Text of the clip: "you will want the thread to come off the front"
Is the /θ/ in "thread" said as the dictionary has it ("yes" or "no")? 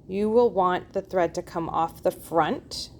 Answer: yes